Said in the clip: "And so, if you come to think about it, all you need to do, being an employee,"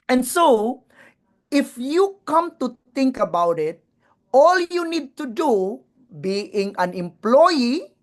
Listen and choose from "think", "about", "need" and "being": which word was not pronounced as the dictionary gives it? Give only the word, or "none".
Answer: think